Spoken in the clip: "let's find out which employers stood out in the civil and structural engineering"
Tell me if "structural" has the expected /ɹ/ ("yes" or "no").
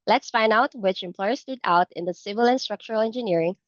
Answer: yes